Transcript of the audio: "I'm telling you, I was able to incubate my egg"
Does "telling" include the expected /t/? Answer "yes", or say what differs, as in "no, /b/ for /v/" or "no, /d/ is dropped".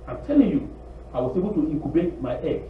yes